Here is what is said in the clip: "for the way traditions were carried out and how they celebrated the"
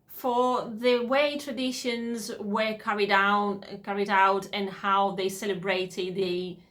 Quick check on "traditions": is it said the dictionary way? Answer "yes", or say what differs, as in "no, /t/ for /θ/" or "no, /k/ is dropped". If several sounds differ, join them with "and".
yes